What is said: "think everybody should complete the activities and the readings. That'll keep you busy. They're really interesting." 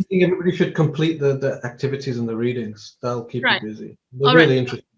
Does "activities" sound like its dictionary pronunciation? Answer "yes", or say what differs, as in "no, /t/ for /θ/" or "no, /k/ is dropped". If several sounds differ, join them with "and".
yes